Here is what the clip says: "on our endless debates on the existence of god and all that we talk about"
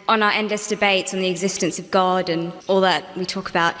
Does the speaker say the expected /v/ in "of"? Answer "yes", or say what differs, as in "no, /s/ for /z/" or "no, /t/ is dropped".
yes